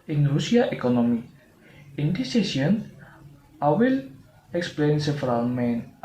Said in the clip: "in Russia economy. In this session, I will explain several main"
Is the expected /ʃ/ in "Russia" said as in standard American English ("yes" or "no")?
no